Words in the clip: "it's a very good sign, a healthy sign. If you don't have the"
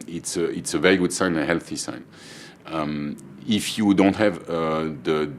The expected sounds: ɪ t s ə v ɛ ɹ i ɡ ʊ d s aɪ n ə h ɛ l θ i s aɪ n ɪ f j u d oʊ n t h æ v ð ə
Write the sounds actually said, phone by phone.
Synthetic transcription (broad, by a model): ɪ t s ə v ɛ ɹ i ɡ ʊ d s aɪ n ə h ɛ l θ i s aɪ n ɪ f j u d oʊ n t h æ v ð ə